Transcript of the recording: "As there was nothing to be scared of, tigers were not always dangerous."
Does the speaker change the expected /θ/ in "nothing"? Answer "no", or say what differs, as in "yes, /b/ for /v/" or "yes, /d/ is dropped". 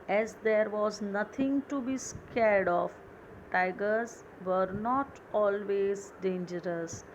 yes, /t/ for /θ/